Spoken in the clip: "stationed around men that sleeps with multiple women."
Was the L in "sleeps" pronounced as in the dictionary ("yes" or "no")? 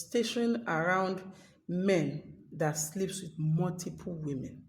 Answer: yes